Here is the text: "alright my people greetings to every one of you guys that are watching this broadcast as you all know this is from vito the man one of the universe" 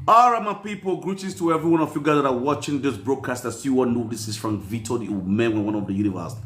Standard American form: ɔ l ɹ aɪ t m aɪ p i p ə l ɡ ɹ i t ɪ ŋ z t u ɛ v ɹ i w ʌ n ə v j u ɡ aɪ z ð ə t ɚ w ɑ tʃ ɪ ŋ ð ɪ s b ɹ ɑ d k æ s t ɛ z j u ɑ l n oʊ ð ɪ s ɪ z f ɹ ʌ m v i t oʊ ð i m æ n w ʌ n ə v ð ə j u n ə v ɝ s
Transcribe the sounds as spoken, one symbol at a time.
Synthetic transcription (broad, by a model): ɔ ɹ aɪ m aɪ p i p ə l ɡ ɹ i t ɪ z t u ɛ v ɹ i w ʌ n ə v j u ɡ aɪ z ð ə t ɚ w ɑ tʃ ɪ ŋ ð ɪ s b ɹ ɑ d k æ s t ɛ s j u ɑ n oʊ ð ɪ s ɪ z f ɹ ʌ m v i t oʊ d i m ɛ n w ʌ n ə v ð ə j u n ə v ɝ s